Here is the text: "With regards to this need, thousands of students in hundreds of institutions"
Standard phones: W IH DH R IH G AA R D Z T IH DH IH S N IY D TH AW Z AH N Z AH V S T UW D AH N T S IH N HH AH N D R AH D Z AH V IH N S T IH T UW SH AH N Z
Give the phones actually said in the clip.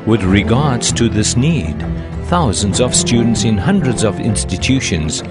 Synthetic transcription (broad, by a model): W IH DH R IH G AA R D Z T IH DH IH S N IY D TH AW Z AH N Z AH V S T UW D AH N T S IH N HH AH N D R AH D Z AH V IH N S T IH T UW SH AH N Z